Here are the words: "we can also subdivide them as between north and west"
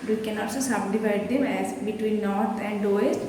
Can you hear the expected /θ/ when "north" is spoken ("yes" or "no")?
no